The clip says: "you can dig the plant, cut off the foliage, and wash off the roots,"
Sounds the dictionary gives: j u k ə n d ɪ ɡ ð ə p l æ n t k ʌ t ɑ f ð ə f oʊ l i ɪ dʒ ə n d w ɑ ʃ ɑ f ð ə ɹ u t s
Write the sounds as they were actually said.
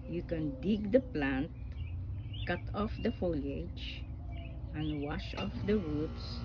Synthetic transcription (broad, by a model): j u k ə n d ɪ ɡ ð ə p l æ n t k ʌ t ɑ f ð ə f oʊ l i ɪ dʒ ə n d w ɑ ʃ ɑ f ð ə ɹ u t s